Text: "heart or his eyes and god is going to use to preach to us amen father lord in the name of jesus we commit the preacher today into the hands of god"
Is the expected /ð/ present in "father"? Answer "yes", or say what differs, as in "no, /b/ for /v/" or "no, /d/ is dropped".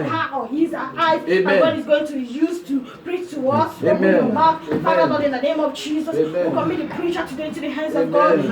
no, /ð/ is dropped